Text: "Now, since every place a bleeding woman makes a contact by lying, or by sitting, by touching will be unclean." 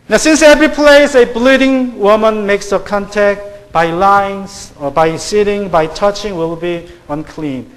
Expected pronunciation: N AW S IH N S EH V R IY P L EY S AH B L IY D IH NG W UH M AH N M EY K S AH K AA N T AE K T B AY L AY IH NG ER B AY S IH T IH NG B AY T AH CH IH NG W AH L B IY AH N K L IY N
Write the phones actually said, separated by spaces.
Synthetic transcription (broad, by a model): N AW S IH N S EH V R IY P L EY S AH B L IY D IH NG W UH M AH N M EY K S AH K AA N T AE K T B AY L AY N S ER B AY S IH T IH NG B AY T AH CH IH NG W AH L B IY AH N K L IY N